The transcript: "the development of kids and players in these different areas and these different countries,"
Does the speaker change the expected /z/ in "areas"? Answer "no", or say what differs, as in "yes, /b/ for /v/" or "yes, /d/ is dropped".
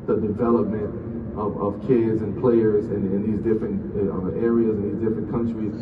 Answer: no